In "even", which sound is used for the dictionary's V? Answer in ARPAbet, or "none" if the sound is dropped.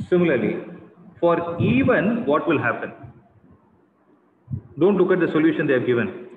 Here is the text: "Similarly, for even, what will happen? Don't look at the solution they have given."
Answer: V